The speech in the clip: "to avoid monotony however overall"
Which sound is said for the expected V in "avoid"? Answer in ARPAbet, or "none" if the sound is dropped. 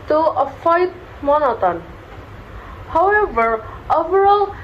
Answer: F